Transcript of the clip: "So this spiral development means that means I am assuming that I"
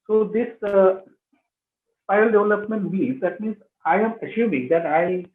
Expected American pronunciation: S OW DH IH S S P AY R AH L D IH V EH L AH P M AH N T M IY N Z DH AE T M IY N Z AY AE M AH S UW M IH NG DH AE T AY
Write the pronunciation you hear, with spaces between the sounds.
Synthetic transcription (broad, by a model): S OW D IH S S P AY AH L D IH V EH L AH P M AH N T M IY Z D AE T M IY N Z AY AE M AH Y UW M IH NG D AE T AY